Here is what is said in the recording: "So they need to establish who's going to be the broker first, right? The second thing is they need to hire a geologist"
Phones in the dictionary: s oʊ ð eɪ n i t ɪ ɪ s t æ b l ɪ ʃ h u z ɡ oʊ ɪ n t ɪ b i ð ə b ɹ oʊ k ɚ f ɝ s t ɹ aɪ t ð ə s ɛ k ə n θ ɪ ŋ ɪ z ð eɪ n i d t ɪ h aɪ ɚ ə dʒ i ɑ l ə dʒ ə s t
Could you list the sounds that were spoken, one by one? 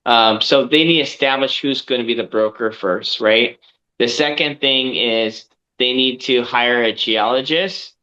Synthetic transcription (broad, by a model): s oʊ ð eɪ n i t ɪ ɪ s t æ b l ɪ ʃ h u z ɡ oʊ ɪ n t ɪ b i ð ə b ɹ oʊ k ɚ f ɝ s t ɹ aɪ t ð ə s ɛ k ə n θ ɪ ŋ ɪ z ð eɪ n i d t ɪ h aɪ ɚ ə dʒ i ɑ l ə dʒ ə s t